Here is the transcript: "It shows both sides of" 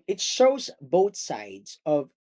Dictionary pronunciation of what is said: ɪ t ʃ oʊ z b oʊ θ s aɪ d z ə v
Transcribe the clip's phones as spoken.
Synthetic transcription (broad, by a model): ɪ t ʃ oʊ z b oʊ θ s aɪ d z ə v